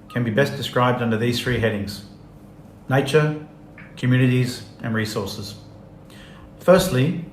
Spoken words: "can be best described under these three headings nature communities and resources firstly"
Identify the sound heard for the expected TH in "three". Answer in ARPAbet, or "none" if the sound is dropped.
TH